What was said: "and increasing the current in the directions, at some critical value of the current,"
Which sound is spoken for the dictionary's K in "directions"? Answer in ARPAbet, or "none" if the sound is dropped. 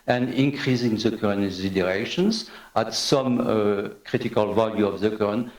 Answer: none